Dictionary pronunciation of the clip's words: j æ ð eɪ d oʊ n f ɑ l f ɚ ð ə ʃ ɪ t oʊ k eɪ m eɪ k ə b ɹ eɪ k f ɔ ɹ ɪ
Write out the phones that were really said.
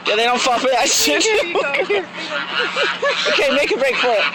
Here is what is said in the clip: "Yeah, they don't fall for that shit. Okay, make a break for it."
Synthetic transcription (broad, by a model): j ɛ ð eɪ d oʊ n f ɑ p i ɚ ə s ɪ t oʊ k eɪ m eɪ k ə b ɹ eɪ k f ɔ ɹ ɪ